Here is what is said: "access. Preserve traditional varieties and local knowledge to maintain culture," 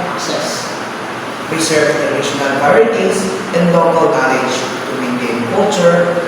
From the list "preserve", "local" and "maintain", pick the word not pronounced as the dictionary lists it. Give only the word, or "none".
preserve